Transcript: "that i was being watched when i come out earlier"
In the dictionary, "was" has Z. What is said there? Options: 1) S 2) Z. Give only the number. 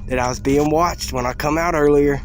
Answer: 2